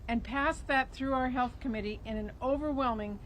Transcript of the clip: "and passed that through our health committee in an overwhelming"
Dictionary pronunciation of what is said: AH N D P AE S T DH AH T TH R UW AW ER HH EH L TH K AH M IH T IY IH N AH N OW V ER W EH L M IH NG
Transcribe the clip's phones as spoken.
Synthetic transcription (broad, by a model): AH N P AE S DH AH T TH R UW AW ER HH EH L TH K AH M IH T IY IH N AH N OW V ER W EH L M IH NG